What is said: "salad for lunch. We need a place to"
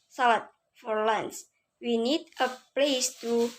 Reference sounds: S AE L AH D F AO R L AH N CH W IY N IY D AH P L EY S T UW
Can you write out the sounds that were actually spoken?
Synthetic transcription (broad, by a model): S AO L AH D F AO R L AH N S W IY N IY D AH P L EY S T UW